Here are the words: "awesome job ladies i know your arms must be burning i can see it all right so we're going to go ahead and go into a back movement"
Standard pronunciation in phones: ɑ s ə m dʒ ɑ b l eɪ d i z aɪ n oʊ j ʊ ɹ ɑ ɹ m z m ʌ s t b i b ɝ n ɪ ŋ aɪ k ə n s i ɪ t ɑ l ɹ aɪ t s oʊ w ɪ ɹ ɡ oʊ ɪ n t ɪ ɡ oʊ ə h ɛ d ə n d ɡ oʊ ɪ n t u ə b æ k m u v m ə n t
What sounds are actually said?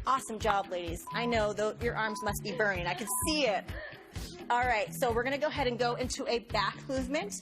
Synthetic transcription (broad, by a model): ɑ s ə m dʒ ɑ b l eɪ d i z aɪ n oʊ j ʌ ɹ ɑ ɹ m z m ʌ s t b i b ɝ ɪ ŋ aɪ k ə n s i ɪ t ɑ l ɹ aɪ t s oʊ w ɪ ɹ ɡ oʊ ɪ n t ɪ ɡ oʊ ə h ɛ d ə n ɡ oʊ ɪ n t u ə b æ k m u v m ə n t